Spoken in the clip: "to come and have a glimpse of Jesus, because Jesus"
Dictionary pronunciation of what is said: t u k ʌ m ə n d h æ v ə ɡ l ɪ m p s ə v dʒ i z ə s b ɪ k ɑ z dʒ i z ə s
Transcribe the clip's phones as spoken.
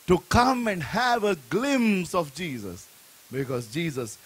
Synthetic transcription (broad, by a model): t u k ʌ m ə n d h æ v ə ɡ l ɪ m s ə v dʒ i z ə s b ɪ k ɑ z dʒ i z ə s